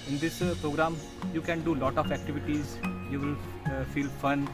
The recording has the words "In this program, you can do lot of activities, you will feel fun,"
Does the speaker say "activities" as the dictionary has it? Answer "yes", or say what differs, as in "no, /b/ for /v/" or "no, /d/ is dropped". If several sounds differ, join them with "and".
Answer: yes